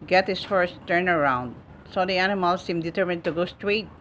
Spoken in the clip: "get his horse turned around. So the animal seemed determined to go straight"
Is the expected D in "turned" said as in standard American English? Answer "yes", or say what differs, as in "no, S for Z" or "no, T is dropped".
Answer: no, D is dropped